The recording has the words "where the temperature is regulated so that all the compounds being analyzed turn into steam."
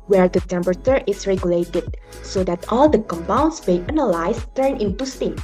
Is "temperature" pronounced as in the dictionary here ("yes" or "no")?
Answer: no